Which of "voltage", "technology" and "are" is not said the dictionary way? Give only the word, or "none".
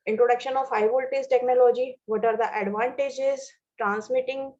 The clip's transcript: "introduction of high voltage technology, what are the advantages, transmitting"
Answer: voltage